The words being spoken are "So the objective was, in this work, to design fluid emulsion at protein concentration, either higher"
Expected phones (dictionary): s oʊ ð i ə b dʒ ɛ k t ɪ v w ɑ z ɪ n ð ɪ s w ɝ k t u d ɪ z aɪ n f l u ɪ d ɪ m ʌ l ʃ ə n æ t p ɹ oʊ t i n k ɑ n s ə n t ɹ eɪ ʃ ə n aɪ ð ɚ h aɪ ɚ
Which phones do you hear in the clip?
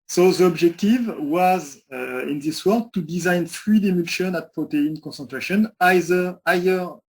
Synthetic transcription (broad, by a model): s oʊ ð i ə b dʒ ɛ k t ɪ v w ɑ z ɪ n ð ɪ s w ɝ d t u d ɪ z aɪ n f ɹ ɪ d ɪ m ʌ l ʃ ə n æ t p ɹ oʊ t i n k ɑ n s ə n t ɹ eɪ ʃ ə n aɪ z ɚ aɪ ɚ